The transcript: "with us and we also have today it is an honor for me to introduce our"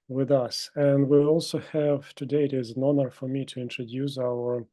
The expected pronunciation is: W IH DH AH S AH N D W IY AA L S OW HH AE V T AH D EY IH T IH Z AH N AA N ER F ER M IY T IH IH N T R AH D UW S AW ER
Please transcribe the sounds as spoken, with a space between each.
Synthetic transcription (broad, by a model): W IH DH AH S AH N D W IY AA L S OW HH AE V T AH D EY IH T IH Z AH N AA N ER F ER M IY T IH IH N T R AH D UW S AW ER